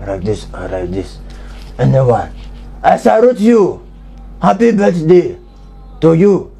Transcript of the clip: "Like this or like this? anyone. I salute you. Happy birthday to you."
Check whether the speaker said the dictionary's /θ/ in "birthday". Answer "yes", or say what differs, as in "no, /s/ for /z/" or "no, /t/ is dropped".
no, /t/ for /θ/